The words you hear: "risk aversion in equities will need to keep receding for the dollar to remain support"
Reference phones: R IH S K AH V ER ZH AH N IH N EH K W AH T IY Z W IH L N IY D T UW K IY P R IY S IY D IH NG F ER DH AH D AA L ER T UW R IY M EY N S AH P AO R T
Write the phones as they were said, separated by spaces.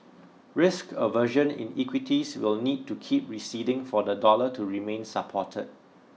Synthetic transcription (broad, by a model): R IH S K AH V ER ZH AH N IH N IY K W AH T IY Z W IH L N IY D T UW K IY P R IY S IY D IH NG F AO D AH D AA L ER T UW R IY M EY N S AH P AO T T